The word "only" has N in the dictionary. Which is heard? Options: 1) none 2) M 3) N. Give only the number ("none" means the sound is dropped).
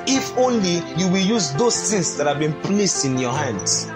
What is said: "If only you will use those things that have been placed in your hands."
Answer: 3